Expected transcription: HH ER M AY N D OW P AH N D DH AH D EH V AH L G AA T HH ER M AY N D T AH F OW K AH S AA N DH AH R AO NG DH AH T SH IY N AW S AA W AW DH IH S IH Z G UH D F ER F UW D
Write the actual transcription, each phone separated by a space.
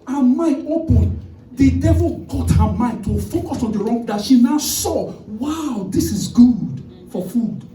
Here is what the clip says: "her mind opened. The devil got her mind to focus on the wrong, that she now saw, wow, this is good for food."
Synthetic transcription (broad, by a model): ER M AY N D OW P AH D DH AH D EH V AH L G AA T HH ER M AY N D T AH F OW K AH S AA N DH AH R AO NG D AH T SH IY N AW S AA W AW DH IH S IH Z G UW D F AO F UW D